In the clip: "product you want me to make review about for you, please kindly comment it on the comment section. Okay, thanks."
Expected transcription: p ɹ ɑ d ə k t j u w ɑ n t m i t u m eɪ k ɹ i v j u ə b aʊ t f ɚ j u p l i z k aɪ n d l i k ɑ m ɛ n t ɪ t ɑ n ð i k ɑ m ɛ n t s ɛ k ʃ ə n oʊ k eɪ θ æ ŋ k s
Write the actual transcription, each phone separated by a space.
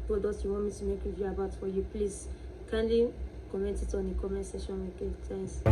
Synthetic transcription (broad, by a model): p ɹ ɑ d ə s j u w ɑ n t m i t u m eɪ k ɹ i v j u ə b aʊ t f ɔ j u p l i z k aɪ n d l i k ɑ m ɛ n t ɪ t ɑ n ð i k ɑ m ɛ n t s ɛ ʃ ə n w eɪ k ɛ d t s